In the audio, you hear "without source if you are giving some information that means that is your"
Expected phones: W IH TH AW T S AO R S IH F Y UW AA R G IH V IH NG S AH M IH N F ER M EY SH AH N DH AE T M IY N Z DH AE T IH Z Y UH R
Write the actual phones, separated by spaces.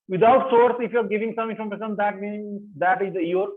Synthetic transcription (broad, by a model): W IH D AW T S AO R S IH F Y UW AA R G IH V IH NG S AH M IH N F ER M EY S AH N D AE T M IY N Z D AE T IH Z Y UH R